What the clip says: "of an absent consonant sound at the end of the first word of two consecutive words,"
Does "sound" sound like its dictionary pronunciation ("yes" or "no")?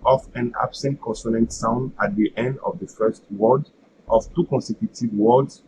yes